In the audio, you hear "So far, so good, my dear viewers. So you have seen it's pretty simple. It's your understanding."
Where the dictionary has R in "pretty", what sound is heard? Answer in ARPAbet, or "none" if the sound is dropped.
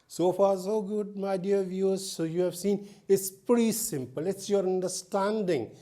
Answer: none